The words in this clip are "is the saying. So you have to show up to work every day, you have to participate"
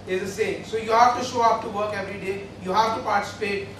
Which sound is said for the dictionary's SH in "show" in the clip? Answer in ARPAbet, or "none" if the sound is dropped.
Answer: SH